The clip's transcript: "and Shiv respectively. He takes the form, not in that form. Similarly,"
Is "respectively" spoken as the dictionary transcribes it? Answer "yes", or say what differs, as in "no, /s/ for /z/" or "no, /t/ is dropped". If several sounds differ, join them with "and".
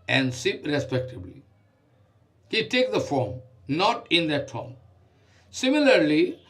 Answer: no, /b/ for /v/